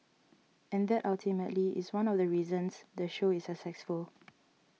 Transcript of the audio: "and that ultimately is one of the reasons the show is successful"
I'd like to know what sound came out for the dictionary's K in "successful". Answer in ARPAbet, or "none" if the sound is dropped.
none